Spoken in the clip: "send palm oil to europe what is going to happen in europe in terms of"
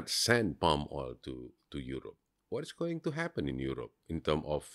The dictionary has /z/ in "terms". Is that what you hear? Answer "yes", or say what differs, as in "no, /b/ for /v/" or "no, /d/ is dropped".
no, /z/ is dropped